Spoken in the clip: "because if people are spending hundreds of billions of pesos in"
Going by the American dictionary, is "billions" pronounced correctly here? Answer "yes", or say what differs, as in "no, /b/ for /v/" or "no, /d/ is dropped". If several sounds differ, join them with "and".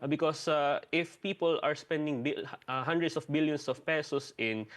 no, /s/ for /z/